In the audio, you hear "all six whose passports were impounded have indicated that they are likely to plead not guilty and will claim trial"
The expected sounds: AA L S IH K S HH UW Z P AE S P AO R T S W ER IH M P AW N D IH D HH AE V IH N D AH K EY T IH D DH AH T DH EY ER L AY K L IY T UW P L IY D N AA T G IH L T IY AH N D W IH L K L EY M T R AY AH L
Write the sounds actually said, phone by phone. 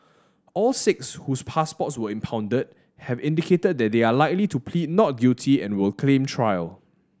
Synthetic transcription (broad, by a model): AA L S IH K S HH UW S P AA S P AO T S W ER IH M P AW N D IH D HH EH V IH N D AH K EY T IH D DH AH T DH EY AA L AY K L IY T UW P L IY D N AA T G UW T IY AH N W IH L K L EY M T R AY AH L